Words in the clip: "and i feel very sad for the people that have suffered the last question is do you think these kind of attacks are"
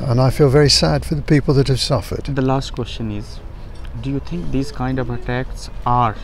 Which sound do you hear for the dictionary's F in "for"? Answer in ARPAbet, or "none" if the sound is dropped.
F